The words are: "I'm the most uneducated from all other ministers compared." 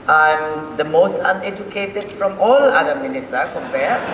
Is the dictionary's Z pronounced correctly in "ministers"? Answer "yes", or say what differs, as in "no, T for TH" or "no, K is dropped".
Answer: no, Z is dropped